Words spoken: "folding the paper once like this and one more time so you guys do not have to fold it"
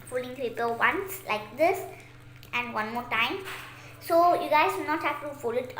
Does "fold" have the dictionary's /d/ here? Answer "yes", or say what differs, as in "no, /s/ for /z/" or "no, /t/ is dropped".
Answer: no, /d/ is dropped